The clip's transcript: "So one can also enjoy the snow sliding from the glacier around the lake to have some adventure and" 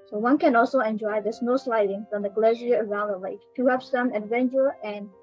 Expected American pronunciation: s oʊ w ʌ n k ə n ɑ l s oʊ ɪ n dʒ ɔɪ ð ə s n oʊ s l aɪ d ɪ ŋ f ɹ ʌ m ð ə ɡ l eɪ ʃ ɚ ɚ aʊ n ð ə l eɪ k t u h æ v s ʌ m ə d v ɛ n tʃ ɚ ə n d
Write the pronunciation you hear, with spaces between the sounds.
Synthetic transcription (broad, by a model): s oʊ w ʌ n k ə n ɑ l s oʊ ɪ n dʒ ɔɪ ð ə s n oʊ s l aɪ d ɪ ŋ f ɹ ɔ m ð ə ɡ l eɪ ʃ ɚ ɚ aʊ n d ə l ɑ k t u h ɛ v s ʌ m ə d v ɛ n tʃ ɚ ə n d